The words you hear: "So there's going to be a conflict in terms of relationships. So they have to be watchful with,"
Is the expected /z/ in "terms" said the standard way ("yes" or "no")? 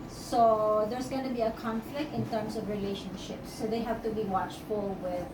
no